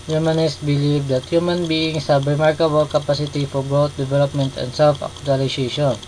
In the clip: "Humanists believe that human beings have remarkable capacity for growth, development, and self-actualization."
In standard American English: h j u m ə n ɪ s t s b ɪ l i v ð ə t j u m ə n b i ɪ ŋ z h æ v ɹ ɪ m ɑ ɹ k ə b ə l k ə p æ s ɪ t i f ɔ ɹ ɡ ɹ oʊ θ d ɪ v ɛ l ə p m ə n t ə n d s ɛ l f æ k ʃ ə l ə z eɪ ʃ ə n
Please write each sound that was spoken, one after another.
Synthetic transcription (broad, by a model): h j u m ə n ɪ s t b ɪ l i v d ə t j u m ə n b i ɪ ŋ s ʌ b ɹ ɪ m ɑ ɹ k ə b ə l k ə p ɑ s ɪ t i f ɔ ɹ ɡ oʊ t d ɪ v ɛ l ə p m ə n t ə n d s ɛ l f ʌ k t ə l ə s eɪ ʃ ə n